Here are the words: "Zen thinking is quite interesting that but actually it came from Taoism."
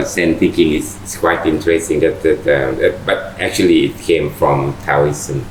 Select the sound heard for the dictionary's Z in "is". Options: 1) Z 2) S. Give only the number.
2